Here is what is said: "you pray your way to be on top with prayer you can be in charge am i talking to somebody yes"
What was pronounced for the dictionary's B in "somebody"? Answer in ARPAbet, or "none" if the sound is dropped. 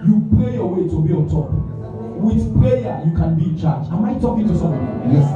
none